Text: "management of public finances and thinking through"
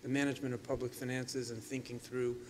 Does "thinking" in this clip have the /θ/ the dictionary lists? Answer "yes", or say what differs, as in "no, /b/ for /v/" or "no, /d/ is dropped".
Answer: yes